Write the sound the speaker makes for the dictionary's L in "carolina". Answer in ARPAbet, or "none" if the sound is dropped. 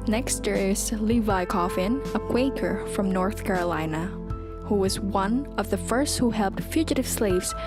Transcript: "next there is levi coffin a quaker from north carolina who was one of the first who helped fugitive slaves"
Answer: L